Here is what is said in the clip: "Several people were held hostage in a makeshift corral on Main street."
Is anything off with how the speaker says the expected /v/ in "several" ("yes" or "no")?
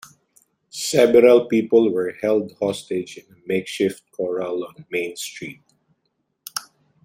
yes